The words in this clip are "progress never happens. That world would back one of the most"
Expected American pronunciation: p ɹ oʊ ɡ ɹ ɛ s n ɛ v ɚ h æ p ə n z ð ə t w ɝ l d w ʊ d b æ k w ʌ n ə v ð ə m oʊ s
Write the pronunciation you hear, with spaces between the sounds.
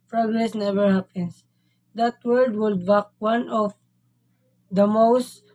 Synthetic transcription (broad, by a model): p ɹ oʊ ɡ ɹ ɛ s n ɛ v ɚ h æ p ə n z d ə t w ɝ d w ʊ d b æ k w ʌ n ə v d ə m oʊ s